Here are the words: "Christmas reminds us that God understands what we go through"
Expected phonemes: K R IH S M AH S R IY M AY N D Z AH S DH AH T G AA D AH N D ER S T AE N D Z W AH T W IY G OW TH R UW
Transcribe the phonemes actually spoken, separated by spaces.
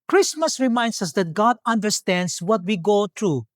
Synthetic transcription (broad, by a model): K R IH S M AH S R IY M AY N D S AH S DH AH T G AA D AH N D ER S T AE N D S W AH T W IY G OW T R UW